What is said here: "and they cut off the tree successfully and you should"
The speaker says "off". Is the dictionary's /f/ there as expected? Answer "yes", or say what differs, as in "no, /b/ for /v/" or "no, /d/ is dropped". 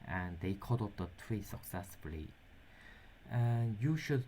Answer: no, /p/ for /f/